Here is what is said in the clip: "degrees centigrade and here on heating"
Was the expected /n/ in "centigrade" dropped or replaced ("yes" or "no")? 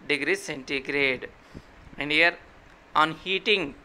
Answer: no